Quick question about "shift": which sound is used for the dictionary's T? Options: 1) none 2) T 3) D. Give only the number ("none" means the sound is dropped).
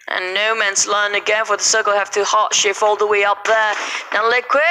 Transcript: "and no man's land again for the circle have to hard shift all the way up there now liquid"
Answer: 1